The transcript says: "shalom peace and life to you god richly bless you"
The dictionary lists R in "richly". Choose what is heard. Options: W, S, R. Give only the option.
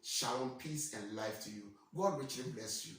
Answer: R